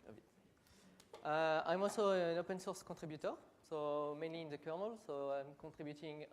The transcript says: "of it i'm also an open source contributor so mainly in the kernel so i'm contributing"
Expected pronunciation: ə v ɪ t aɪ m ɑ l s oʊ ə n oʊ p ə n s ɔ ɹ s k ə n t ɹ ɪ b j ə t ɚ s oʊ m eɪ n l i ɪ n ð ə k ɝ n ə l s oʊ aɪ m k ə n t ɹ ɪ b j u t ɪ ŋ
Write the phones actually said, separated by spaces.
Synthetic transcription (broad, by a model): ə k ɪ t aɪ m ɑ l s oʊ ə n oʊ p ə n s ɔ ɹ s k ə t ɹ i b j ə t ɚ s oʊ m eɪ n l i n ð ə k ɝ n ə l s oʊ aɪ m k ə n t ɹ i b j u t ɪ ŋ